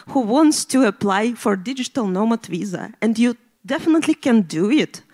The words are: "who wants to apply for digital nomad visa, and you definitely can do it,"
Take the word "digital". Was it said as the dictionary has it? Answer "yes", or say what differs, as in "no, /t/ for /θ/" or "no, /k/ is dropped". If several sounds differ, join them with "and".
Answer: yes